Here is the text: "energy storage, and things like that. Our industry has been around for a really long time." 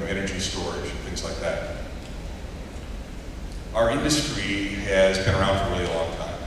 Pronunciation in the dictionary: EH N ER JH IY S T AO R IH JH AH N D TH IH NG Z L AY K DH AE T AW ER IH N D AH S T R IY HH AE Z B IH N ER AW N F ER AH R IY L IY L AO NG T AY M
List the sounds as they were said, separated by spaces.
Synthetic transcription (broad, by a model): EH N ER JH IY S T AO R IH JH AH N TH IH NG Z L AY K DH AE T AW ER IH N D AH S T R IY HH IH Z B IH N ER AW N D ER AH L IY IY L AO NG T AY M